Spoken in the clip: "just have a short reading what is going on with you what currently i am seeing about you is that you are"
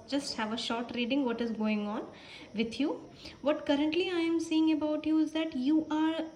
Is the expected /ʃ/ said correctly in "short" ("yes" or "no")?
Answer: yes